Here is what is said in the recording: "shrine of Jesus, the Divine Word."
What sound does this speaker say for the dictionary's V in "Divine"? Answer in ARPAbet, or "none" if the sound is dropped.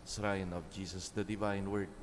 V